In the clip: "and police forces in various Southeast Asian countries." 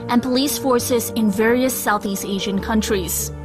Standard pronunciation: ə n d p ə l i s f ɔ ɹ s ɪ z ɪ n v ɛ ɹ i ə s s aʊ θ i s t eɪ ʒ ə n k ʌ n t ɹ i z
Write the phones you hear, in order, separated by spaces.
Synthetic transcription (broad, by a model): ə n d p ə l i s f ɔ ɹ s ɪ z ɪ n v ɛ ɹ i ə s s aʊ θ i s t eɪ ʒ ə n k ʌ n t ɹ i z